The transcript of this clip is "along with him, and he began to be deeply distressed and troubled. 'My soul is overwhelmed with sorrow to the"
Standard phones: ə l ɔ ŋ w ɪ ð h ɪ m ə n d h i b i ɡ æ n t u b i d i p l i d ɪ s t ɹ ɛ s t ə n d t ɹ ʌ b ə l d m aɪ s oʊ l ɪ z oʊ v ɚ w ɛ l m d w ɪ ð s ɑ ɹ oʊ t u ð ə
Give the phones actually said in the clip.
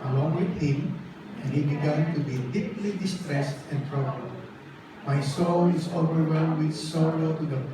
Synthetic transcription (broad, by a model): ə l ɔ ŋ w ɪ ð h ɪ m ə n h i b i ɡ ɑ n t u b i d i p l i d ɪ s t ɹ ɛ s t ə n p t ɹ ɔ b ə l m aɪ s oʊ l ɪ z oʊ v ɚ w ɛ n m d w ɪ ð s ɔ l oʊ t u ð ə